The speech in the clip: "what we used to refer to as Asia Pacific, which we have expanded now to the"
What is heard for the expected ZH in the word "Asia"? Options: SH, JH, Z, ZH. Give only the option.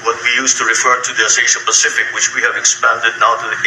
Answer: SH